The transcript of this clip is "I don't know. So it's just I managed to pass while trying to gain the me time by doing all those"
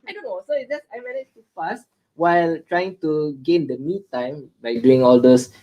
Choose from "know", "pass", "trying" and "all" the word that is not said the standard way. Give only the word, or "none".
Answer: pass